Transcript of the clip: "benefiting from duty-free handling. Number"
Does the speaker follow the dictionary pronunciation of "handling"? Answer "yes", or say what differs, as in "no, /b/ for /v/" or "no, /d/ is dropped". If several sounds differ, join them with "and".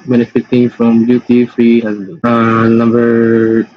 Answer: no, /l/ is dropped